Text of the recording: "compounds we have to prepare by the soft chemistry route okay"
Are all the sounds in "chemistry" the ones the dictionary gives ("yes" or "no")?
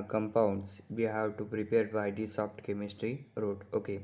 yes